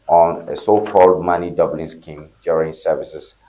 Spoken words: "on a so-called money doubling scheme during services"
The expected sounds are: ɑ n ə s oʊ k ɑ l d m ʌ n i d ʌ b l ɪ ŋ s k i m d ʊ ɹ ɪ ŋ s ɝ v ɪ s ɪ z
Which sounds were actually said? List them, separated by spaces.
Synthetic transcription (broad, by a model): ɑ n ə s oʊ k ɑ l d m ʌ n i d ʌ b l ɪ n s k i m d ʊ ɹ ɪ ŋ s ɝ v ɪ s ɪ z